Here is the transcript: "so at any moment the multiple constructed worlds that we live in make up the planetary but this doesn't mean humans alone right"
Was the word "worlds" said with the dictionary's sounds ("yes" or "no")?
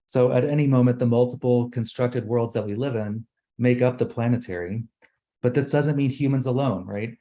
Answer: yes